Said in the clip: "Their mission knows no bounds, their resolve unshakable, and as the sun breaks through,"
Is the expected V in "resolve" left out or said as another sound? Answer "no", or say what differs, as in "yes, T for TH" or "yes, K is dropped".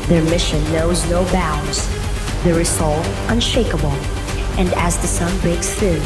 yes, V is dropped